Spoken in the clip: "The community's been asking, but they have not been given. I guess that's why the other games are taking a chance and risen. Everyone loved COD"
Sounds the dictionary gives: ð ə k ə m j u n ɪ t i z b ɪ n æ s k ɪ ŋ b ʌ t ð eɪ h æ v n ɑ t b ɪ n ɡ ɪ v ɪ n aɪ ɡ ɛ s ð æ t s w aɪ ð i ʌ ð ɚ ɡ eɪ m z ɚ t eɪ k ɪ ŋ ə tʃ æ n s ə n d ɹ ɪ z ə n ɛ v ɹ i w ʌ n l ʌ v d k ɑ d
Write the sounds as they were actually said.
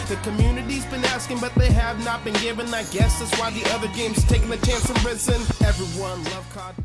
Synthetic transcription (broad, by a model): ð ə k ə m j u n ɪ t i z b ɪ n æ s k ɪ ŋ b ʌ t ð eɪ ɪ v n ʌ t b ɪ n ɡ ɪ v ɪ n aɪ ɡ ɛ s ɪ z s w aɪ ð i ʌ ð ɚ ɡ eɪ m z t eɪ k ɪ ŋ ə tʃ æ n s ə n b ɹ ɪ s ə n ɛ v ɹ i w ʌ n l ʌ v k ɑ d